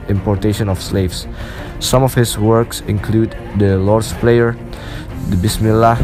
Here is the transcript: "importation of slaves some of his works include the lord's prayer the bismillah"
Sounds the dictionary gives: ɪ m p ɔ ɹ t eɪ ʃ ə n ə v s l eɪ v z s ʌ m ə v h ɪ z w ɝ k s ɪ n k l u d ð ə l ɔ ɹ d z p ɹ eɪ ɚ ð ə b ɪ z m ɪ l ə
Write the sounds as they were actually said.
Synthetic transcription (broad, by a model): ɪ m p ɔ ɹ t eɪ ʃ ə n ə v s l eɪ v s s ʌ m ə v h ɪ s w ɝ k s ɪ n k l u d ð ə l ɔ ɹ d s p l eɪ ɚ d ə b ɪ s m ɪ l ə